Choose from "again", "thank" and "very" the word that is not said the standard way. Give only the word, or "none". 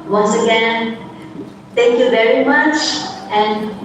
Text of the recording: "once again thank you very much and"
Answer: thank